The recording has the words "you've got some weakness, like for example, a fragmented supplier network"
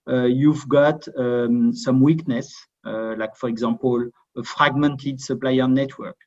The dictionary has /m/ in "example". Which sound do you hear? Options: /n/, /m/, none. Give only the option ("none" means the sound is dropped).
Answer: none